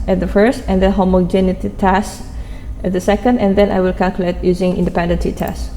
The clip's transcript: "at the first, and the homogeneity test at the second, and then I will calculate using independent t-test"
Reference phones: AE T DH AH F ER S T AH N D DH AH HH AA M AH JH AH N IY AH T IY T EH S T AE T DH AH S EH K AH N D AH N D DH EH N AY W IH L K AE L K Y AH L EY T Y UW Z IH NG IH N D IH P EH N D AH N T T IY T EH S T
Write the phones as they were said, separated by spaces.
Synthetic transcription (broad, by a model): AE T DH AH F ER S T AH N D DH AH HH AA M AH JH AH N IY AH T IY T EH S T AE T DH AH S EH K AH N D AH N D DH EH N AY W IH L K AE L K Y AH L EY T Y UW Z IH NG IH N D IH P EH N D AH N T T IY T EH S